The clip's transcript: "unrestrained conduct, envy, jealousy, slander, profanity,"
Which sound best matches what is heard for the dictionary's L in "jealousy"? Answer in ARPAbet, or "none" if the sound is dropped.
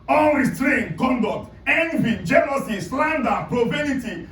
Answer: N